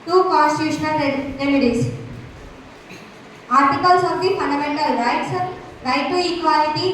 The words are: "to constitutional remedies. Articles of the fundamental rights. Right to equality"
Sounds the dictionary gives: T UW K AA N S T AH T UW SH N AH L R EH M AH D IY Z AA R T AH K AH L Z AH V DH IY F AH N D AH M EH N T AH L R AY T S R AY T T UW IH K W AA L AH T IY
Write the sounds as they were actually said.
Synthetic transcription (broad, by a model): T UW K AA N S T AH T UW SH N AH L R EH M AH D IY S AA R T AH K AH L S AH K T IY F AH N D AH M EH N T AH L R AY T S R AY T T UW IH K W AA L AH T IY